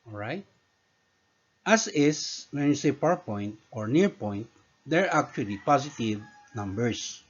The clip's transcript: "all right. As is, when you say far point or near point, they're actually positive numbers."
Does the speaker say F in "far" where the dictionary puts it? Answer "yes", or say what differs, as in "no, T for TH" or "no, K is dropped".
no, P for F